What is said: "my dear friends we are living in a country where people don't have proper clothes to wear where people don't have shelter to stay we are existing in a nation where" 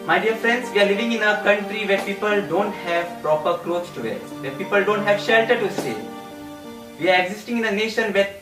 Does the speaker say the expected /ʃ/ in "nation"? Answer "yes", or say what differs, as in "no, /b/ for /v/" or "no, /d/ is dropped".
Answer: yes